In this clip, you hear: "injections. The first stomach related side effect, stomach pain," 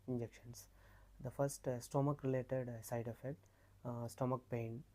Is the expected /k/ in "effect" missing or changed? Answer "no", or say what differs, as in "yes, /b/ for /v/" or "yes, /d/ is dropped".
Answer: yes, /k/ is dropped